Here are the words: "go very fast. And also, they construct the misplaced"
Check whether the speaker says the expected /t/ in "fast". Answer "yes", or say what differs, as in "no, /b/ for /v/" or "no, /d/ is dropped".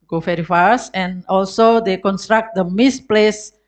no, /t/ is dropped